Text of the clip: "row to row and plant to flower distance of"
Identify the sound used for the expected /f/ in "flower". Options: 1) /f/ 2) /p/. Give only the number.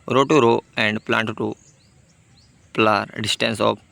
2